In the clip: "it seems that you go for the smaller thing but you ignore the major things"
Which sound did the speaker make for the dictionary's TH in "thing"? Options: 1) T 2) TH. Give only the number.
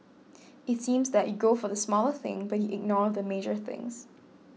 2